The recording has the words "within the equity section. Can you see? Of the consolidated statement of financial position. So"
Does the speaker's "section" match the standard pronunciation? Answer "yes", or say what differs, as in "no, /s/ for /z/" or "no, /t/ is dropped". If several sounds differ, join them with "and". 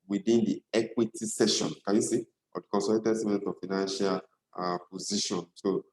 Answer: no, /k/ is dropped